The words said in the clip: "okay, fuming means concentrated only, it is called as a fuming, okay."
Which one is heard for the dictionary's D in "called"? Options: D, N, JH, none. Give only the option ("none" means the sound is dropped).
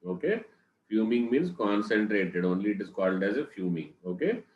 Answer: D